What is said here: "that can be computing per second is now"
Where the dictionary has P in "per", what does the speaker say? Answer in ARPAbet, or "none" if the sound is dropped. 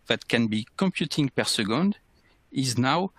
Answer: P